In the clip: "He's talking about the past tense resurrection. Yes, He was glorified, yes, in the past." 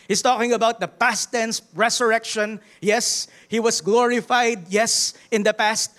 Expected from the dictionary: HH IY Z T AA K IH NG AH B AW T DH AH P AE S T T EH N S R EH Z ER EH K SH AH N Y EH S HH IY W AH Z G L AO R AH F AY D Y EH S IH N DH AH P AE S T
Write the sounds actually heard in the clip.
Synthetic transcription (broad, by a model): HH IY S T AA K IH NG AH B AW T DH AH P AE S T T EH N S R EH S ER EH K SH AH N Y EH S HH IY W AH S G L AO R AH F AY D Y EH S IH N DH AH P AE S T